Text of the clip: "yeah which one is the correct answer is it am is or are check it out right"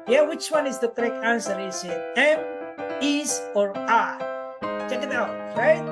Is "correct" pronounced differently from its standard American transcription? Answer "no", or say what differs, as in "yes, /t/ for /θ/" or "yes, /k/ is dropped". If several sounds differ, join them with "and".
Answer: yes, /t/ is dropped